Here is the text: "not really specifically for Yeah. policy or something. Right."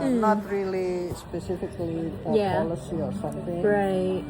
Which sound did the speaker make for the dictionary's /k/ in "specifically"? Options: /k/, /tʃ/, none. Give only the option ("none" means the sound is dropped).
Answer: /k/